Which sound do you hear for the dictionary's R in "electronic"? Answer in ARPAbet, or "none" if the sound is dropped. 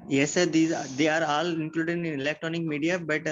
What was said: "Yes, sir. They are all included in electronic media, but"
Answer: R